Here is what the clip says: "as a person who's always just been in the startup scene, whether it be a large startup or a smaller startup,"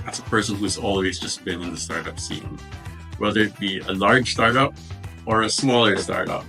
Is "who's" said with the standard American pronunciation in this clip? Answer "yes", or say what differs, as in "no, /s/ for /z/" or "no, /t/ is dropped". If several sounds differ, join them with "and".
yes